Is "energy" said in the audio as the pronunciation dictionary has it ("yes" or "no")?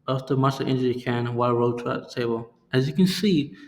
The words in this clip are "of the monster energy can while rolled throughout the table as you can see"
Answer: no